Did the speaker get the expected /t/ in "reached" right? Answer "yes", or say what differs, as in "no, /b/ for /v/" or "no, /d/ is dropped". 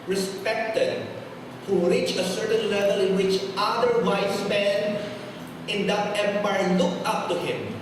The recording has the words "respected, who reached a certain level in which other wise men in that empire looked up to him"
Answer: no, /t/ is dropped